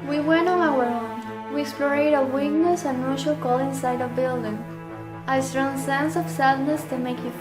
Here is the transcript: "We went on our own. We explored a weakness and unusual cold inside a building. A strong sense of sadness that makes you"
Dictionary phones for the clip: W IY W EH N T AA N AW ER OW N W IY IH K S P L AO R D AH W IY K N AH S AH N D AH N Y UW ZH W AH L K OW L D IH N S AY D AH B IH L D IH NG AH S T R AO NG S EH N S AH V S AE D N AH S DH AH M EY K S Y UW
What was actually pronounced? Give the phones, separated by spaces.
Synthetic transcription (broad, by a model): W IY W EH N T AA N AW ER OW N W IY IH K S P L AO R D AH W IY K N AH S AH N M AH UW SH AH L K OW L IH N S AY D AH B IH L D IH NG AH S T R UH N S EH N S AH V S AE D N AH S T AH M EY K Y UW